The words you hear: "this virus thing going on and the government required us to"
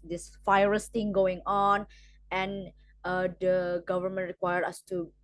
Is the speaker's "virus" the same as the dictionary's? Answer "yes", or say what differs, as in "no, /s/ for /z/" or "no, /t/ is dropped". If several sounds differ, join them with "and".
no, /f/ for /v/